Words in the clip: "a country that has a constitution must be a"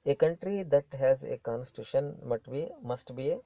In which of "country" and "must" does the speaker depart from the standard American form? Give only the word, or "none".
none